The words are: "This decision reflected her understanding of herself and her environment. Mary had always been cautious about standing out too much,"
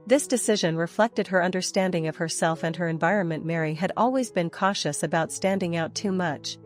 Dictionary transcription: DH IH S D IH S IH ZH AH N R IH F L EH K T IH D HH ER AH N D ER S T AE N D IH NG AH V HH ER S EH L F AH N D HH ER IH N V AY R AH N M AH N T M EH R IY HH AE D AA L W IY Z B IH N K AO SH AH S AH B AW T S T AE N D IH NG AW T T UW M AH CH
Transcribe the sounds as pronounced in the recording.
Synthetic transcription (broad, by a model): DH IH S D IH S IH ZH AH N R IH F L EH K T IH D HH ER AH N D ER S T AE N D IH NG AH V HH ER S EH L F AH N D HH ER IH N V AY R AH N M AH N M EH R IY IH D AA L W IY Z B IH N K AO SH AH S AH B AW T S T AE N D IH NG AW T T UW M AH CH